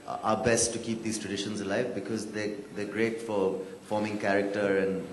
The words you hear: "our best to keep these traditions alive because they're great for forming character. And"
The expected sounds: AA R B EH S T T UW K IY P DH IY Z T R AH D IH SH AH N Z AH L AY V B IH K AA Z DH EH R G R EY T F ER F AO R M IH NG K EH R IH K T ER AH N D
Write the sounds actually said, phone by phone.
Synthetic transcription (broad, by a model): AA B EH S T T UW K IY P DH IY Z T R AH D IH SH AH N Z AH L AY V B IH K AA Z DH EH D G R EY T F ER F AO M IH NG K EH R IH K T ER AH N D